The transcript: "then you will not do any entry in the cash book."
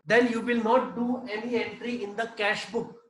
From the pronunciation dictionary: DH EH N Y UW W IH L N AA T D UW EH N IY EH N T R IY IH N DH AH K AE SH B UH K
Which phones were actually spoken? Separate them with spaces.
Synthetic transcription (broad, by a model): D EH N Y UW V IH L N AA T D UW EH N IY EH N T R IY IH N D AH K AE SH B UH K